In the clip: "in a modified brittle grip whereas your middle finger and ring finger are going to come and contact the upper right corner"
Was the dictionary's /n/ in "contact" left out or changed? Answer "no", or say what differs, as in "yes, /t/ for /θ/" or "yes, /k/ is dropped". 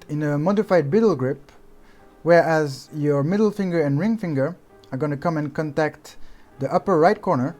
no